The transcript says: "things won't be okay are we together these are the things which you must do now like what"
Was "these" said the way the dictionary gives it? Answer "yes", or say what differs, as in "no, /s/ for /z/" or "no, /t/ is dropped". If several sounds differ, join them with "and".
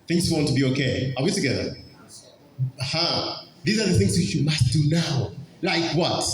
yes